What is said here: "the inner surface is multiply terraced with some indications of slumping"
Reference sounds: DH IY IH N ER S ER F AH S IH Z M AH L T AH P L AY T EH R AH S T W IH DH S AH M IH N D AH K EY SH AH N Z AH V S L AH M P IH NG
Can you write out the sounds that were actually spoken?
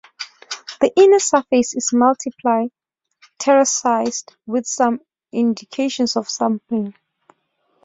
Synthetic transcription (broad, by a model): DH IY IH N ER S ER F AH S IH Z M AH L T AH P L AY T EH R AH S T W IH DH S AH M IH N D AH K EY SH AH N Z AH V S AH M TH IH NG